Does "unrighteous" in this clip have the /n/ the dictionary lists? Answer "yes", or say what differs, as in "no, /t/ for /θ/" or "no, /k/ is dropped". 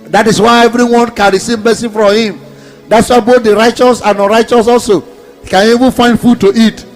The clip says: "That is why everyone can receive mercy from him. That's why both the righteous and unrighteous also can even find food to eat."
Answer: no, /n/ is dropped